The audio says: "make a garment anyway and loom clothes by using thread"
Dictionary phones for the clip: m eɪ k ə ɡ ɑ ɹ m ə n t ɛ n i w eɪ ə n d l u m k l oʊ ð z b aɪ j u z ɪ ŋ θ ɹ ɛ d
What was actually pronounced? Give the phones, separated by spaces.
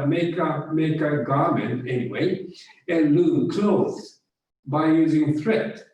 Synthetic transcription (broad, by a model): m eɪ k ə ɡ ɑ ɹ m ə n t ɛ n i w eɪ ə n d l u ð k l oʊ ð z b aɪ j u z ɪ ŋ θ ɹ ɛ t